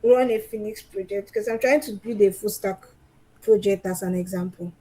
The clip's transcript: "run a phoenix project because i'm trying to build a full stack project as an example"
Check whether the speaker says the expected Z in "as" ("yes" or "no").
no